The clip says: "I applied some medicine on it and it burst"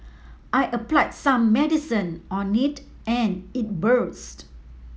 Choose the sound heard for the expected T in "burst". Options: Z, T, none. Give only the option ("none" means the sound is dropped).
T